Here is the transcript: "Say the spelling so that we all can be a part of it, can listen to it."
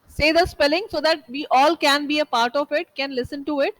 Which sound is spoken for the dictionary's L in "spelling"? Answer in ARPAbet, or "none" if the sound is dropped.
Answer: L